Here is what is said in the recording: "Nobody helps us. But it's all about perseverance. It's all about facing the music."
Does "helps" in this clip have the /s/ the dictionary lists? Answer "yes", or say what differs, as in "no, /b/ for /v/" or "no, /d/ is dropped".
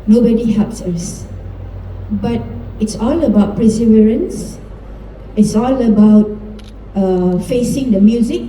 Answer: yes